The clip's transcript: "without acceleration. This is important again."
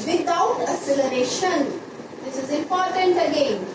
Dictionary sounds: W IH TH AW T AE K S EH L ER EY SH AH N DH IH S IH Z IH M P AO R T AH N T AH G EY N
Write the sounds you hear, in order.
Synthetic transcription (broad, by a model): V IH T AW T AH S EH L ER EY SH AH N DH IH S IH Z IH M P AO R T AH N T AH G EY N